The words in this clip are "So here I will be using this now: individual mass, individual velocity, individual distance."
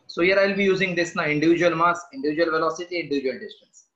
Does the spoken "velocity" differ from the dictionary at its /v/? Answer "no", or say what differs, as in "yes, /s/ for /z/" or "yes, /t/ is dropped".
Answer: no